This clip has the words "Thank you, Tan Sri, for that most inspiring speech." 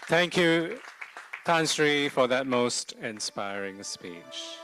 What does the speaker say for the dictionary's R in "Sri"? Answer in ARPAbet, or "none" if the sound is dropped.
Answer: R